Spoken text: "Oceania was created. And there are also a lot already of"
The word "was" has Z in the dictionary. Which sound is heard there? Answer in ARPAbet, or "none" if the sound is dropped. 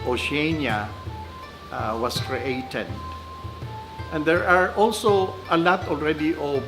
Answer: S